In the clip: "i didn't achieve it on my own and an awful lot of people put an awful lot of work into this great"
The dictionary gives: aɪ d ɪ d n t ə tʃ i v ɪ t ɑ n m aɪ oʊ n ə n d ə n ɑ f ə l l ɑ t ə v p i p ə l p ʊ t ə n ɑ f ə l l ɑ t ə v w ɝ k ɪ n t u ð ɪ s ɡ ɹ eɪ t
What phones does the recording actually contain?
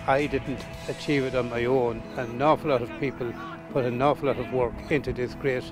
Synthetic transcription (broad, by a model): aɪ d ɪ d n t ə tʃ i v ɪ t n m aɪ oʊ n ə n n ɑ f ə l l ɑ t ə v p i p ə l p ʊ t ə n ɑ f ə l l ɑ t ə v w ɝ k ɪ n t u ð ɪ s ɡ ɹ eɪ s